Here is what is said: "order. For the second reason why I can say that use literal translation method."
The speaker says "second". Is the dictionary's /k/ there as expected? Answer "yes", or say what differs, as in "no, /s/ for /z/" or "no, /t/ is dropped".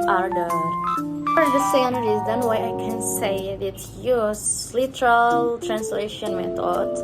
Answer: no, /k/ is dropped